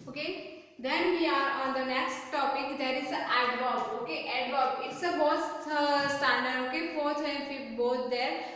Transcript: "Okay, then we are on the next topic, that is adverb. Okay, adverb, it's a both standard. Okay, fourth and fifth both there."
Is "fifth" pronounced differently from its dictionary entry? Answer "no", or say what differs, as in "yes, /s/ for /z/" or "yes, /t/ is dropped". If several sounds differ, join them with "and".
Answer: yes, /f/ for /θ/